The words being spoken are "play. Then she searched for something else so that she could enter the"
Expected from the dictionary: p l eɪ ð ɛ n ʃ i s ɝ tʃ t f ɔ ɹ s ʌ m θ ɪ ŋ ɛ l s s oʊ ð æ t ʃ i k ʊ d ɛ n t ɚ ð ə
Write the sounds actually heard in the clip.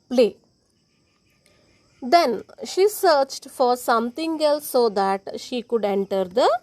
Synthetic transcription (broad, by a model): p l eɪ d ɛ n ʃ i s ɝ tʃ t f ɔ ɹ s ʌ m t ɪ ŋ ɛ l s s oʊ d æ t ʃ i k ʊ d ɛ n t ɚ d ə